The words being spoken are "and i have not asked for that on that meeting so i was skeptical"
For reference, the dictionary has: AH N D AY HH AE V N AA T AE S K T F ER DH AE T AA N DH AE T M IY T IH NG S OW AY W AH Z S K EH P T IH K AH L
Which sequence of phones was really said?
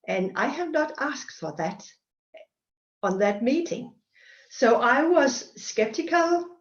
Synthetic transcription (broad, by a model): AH N AY HH AE V N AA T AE S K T F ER DH AE T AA N DH AE T M IY T IH NG S OW AY W AH Z S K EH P T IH K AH L